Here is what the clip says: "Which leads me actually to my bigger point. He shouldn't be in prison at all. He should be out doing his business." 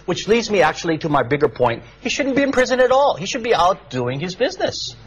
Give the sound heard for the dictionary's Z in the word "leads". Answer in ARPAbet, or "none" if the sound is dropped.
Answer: Z